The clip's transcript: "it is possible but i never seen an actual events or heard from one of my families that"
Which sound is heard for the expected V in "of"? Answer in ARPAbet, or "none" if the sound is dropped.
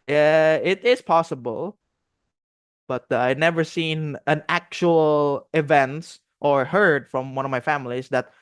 V